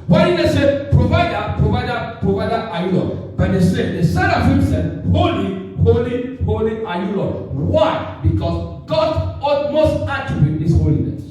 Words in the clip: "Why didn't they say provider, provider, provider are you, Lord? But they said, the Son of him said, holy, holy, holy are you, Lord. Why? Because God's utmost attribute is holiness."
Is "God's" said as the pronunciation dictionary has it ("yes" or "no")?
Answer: no